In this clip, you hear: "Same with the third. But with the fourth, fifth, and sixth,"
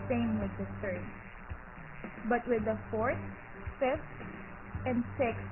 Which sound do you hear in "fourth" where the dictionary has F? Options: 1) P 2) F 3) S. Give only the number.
2